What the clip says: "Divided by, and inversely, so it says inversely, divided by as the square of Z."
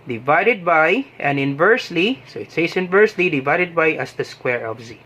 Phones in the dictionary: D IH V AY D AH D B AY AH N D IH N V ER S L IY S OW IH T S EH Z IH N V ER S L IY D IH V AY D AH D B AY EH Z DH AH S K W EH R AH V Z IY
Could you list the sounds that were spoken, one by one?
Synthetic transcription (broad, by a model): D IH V AY D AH D B AY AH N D IH N V ER S L IY S OW IH T S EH S IH N V ER S L IY D IH V AY D AH D B AY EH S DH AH S K W EH R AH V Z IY